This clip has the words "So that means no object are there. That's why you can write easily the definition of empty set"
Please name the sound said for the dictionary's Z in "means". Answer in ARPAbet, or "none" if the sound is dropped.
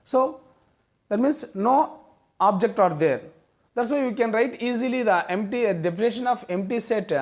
S